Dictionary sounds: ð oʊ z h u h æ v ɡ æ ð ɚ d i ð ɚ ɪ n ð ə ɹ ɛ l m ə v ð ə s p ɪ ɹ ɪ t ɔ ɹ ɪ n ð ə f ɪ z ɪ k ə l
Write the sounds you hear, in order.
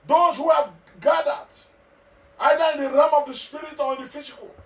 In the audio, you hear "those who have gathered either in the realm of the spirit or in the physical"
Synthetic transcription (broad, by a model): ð oʊ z h u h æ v ɡ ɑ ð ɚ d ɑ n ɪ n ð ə ɹ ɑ m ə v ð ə s p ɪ ɹ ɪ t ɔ l ɪ n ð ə f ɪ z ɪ k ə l